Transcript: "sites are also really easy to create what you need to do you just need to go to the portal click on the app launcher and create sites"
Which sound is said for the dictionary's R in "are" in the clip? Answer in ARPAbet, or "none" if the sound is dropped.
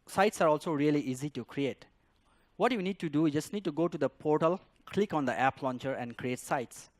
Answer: R